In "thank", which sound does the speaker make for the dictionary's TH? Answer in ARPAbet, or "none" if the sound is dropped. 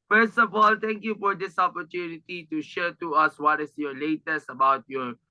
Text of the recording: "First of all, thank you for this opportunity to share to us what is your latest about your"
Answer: T